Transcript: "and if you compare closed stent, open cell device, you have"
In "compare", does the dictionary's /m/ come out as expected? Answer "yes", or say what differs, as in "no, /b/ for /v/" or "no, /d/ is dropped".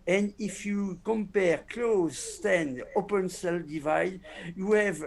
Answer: yes